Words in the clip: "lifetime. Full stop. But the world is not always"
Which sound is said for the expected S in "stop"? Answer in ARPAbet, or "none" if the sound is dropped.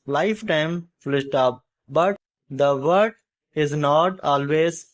SH